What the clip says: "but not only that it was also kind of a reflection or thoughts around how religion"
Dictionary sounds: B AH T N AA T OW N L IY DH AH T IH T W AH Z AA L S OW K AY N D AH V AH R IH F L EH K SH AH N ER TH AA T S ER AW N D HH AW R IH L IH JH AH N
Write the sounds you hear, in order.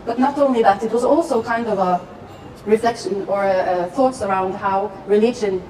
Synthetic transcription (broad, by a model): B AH T N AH T OW N L IY DH AH T IH T W AH Z AA L S OW K AY N D AH V AH R IH F L EH K SH AH N ER TH AA T S ER AW N D HH AW R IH L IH JH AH N